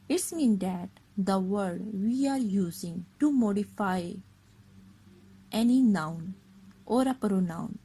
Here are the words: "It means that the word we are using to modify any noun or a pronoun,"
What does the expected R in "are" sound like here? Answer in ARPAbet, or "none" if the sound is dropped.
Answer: R